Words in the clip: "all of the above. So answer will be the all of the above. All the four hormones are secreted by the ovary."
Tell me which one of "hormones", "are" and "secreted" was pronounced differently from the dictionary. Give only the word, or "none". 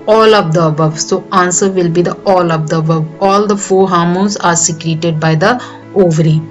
hormones